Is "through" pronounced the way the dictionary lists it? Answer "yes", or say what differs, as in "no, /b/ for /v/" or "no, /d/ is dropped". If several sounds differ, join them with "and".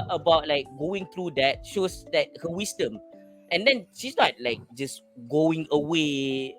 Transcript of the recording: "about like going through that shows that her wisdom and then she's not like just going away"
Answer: no, /t/ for /θ/